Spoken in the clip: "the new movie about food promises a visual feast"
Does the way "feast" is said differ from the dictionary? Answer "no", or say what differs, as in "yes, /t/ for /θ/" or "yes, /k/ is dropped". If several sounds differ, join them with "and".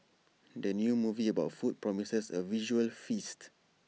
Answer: no